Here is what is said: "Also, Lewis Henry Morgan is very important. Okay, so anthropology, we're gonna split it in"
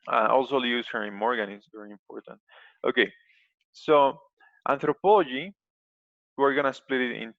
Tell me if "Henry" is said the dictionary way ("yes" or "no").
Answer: no